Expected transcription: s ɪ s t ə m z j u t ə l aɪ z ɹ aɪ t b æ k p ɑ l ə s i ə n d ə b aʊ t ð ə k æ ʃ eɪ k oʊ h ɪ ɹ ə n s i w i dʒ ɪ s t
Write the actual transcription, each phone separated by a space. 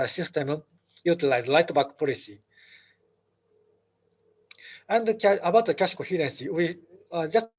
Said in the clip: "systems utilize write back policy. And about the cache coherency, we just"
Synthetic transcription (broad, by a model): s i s t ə m j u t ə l aɪ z l aɪ t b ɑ k p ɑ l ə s i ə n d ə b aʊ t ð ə k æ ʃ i k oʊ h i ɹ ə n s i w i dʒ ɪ s